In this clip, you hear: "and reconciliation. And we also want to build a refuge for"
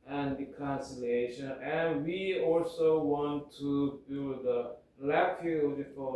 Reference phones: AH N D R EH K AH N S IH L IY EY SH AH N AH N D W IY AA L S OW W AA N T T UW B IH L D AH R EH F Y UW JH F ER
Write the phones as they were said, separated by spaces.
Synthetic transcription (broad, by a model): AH N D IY K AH N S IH L EY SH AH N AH N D W IY AA L S OW W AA N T T UW B IH L D AH L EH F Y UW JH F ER